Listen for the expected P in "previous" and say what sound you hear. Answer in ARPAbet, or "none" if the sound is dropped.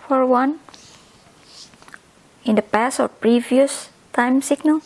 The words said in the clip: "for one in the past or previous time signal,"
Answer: P